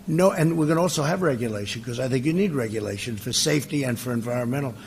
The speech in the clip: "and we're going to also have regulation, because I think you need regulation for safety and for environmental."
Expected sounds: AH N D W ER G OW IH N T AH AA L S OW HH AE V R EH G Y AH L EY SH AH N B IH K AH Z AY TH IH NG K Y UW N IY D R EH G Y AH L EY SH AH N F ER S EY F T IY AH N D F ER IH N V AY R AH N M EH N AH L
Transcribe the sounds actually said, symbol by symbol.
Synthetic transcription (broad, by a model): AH N W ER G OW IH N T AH AA L S OW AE V R EH G Y AH L EY SH AH N K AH Z AY TH IH NG K Y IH N IY D R EH G Y AH L EY SH AH N F ER S EY F T IY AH N F ER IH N V AY R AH N M EH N L